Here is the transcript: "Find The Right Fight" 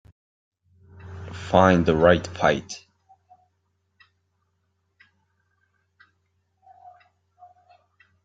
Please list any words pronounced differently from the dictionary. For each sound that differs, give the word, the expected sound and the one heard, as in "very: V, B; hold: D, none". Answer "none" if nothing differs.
fight: F, P